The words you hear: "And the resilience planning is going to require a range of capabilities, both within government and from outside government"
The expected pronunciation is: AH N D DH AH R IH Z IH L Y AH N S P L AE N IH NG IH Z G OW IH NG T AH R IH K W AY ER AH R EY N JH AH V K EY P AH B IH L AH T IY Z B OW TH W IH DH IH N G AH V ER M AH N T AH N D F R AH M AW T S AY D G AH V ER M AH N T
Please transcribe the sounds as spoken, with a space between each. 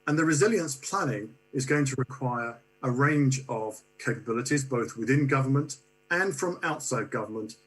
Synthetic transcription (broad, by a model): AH N DH AH R IH Z IH L Y AH N S P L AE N IH NG IH Z G OW IH NG T AH R IH K W AY ER AH R EY N JH AH V K EY P AH B IH L AH T IY Z B OW TH W IH DH IH N G AH V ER M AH N T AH N F R AH M AW T S AY D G AH V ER M AH N T